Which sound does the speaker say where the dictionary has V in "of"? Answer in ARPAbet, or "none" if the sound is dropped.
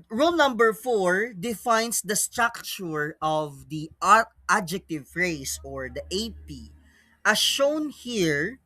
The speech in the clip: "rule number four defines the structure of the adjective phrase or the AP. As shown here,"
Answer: V